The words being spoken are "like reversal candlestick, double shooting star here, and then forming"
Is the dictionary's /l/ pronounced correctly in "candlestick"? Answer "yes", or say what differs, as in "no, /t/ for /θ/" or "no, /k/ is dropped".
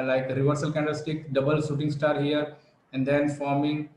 no, /l/ is dropped